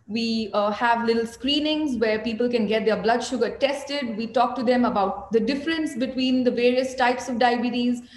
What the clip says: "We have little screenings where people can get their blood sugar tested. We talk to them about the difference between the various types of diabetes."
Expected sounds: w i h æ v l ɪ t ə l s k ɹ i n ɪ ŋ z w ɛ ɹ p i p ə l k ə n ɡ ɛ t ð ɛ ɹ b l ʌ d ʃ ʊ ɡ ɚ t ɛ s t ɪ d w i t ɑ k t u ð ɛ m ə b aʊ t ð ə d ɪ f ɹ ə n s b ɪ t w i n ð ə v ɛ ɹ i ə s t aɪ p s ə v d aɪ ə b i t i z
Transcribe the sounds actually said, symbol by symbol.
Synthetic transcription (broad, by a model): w i h æ v l ɪ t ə l s k ɹ i n ɪ ŋ z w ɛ ɹ p i p ə l k ə n ɡ ɛ t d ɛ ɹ b l ʌ d ʃ ʊ ɡ ɚ t ɛ s t ɪ d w i t ɑ k t u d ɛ m ə b aʊ t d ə d ɪ f ɹ ə n s b ɪ t w i n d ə v ɛ ɹ i ə s t aɪ p s ə v d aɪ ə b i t i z